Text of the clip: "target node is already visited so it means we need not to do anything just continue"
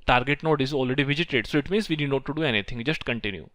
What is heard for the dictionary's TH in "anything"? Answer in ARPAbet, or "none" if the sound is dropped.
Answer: T